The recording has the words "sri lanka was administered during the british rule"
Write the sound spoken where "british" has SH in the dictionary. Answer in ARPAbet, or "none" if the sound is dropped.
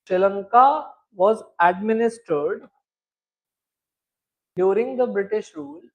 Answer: SH